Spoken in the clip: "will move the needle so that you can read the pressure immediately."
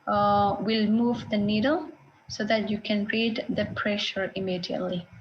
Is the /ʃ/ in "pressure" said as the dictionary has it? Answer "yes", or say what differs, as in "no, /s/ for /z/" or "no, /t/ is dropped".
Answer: yes